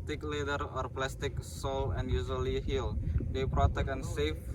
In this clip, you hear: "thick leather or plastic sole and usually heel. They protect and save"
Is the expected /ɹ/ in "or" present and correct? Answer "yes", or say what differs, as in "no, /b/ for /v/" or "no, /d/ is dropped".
yes